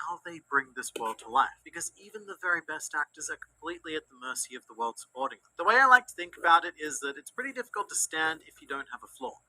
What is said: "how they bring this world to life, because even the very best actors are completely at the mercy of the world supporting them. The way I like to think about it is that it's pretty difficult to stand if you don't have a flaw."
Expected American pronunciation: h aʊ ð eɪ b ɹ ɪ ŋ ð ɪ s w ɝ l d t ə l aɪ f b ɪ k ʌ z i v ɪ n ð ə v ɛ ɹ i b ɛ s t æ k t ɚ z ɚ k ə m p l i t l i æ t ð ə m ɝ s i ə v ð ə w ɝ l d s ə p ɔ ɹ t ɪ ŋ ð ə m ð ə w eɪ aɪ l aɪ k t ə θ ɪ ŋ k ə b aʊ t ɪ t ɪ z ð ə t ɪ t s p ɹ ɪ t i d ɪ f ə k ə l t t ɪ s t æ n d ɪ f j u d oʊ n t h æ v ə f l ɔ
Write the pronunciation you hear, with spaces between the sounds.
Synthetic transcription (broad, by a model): aʊ ð eɪ b ɹ ɪ ŋ ð ɪ s w ɝ l d t ə l aɪ f b ɪ k ʌ z i v ɪ n ð ə v ɛ ɹ i b ɛ s t æ k t ɚ z ɚ k m p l i t l i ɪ t ð ə m ɝ s i ə v ð ə w ɝ l d s ə p ɔ ɹ t ɪ ŋ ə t ð ə w eɪ aɪ l aɪ k t ə θ ɪ ŋ k ə b aʊ t ɪ t ɪ z ð ə t ɪ t s p ɹ ɪ t i d ɪ f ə k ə l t t ɪ s t æ n d ɪ f j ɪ d oʊ n t h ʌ v ə f l ɔ